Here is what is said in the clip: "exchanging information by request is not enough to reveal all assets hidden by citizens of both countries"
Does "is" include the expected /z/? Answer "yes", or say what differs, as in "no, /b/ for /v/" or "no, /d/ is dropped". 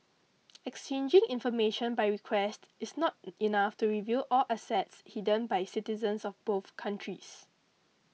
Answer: no, /s/ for /z/